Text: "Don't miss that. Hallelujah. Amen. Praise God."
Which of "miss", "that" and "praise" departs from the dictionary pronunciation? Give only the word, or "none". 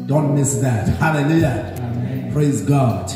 none